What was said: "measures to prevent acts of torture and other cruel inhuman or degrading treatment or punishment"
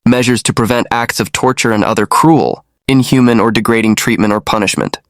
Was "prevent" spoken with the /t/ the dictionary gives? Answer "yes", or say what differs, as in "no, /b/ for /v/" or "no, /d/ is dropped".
yes